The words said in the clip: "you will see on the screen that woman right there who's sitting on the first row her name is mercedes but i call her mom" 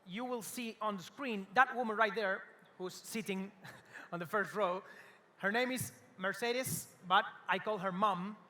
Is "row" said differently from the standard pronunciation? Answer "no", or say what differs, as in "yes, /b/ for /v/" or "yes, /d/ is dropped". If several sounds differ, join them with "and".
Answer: no